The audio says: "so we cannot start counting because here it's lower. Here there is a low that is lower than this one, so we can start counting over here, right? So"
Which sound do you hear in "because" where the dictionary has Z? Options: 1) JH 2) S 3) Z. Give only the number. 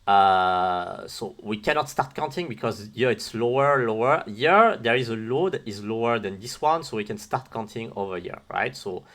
3